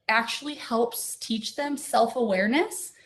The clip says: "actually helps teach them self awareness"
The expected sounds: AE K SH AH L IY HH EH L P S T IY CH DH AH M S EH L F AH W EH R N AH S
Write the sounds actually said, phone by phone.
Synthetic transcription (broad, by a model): AE K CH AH L IY HH EH L P S T IY CH DH AH M S EH L F AH W EH R N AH S